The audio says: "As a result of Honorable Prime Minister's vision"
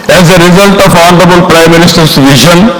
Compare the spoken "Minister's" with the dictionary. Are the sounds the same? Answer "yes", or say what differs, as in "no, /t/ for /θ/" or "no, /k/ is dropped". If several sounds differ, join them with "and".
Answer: no, /s/ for /z/